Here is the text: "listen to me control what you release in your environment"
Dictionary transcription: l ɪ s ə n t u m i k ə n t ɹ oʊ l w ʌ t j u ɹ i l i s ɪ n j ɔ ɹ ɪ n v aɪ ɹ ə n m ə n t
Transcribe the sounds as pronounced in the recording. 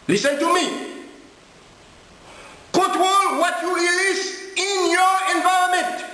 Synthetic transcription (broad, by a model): l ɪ s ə n t u m i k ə t w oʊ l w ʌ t j u ɹ i l i s ɪ n j ɔ ɹ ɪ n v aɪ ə m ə n t